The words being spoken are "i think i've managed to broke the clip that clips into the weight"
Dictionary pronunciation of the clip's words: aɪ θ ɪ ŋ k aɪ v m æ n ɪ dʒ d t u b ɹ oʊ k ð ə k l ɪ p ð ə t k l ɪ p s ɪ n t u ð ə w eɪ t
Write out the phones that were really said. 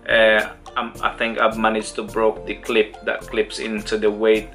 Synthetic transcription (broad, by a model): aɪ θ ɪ ŋ k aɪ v m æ n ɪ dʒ t u b ɹ oʊ k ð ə k l ɪ p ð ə t k l ɪ p s ɪ n t u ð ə w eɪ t